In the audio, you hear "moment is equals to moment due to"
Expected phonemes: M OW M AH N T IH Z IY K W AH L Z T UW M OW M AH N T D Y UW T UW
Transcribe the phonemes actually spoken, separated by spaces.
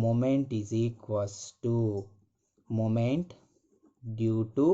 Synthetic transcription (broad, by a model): M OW M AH N T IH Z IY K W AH Z T UW M OW M AH N T D Y UW T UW